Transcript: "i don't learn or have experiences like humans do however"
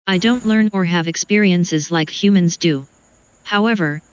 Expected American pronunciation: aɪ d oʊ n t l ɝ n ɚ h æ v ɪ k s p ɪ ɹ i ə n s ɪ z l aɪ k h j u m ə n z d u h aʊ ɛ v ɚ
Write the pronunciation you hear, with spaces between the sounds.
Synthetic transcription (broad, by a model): aɪ d oʊ n t l ɝ n ɚ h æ v ɪ k s p ɪ ɹ i ə n s ɪ z l aɪ k h j u m ə n z d u h aʊ ɛ v ɚ